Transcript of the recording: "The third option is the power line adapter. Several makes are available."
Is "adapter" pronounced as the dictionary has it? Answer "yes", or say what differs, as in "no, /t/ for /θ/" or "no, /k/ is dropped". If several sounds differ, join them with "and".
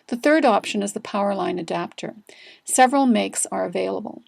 yes